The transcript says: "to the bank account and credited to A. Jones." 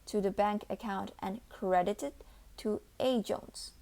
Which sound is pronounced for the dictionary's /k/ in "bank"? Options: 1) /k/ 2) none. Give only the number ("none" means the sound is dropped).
1